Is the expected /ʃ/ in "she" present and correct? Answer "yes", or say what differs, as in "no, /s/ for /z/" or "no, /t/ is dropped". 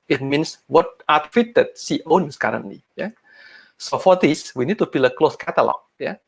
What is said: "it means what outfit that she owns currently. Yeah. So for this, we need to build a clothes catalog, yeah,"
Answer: no, /s/ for /ʃ/